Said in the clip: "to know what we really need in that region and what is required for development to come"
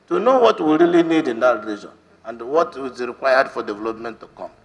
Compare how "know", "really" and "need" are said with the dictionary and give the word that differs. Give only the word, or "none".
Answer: none